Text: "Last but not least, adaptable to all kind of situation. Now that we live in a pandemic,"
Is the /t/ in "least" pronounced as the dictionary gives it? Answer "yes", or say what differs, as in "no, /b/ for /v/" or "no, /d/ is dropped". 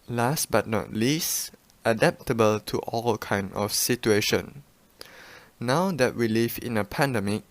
yes